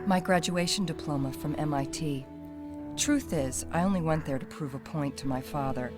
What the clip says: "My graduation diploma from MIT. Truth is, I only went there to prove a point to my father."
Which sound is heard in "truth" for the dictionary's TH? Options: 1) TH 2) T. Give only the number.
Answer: 1